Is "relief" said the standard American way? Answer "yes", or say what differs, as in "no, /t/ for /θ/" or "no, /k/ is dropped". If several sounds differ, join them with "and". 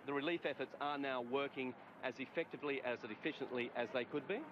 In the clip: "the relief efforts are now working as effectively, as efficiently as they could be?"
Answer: yes